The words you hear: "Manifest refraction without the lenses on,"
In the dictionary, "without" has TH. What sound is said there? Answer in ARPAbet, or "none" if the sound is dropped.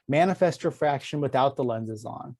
TH